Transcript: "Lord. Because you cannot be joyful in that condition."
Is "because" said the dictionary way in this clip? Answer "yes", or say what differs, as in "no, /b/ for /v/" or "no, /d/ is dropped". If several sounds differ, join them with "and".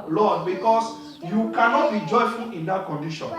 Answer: no, /s/ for /z/